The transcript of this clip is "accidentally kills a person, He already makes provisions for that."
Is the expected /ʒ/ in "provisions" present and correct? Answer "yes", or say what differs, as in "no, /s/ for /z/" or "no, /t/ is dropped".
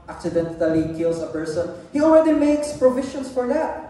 no, /ʃ/ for /ʒ/